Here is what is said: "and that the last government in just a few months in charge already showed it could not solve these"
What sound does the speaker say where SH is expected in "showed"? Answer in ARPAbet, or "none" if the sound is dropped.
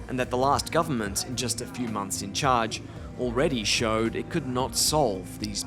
SH